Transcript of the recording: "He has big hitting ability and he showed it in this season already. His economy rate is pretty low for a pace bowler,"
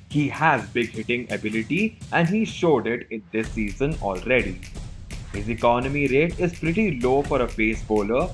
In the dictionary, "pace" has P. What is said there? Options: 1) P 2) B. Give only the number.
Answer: 2